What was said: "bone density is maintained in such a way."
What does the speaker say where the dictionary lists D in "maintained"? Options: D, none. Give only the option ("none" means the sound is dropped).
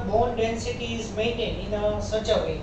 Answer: none